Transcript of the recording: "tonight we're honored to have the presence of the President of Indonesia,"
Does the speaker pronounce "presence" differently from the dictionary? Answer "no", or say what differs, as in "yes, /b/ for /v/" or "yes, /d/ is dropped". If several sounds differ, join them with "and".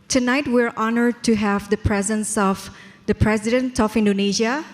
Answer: no